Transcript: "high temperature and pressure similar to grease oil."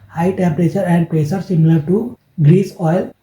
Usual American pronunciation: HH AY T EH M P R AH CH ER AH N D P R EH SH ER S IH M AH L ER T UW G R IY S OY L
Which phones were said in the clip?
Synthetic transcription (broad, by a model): HH AY T EH M P R AH CH ER AH N D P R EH S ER S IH M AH L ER T UW G R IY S OY L